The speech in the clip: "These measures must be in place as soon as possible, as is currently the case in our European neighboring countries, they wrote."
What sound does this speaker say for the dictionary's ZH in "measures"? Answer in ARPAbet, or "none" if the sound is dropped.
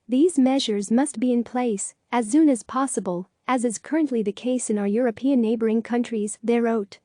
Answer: ZH